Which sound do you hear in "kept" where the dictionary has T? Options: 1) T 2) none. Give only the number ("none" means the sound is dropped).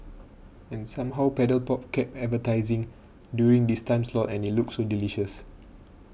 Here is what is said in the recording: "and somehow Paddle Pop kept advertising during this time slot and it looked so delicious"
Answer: 2